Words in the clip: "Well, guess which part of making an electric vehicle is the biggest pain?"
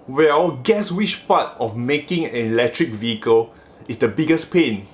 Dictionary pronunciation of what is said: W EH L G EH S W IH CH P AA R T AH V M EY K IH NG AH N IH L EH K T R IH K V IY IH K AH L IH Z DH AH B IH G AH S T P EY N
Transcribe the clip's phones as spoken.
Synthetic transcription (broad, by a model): W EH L G EH S W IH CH P AA T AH F M EY K IH NG AH N IH L EH K T R IH K V IY IH K AH L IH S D AH B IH G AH S P EY N